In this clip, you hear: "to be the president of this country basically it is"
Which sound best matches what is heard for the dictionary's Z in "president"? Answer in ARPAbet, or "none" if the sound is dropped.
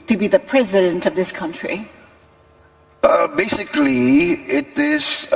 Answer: Z